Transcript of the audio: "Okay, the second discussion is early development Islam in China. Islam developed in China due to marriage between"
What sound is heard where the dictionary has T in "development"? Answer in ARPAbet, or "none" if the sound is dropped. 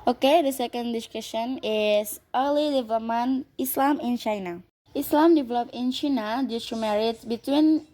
none